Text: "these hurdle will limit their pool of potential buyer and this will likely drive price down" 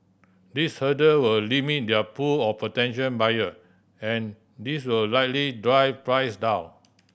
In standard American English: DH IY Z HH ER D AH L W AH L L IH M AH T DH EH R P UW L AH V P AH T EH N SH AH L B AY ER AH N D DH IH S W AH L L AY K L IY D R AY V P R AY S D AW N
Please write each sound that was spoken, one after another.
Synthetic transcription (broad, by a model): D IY S HH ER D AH W AH L L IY M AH T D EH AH P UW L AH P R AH T EH N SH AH N B AY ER AH N D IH S W AH L L AY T L IY D R AY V P R AY S D AW N